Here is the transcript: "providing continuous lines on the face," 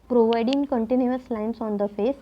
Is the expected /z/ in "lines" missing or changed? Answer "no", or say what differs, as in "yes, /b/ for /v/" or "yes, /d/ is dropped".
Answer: yes, /s/ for /z/